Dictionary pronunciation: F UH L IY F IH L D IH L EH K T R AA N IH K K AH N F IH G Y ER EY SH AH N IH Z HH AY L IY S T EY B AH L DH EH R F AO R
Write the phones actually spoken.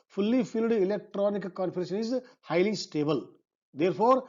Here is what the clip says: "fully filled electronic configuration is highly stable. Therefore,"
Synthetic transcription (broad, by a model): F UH L IY F IH L D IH L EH K T R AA N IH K K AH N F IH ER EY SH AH N IH Z HH AY L IY S T EY B AH L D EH R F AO R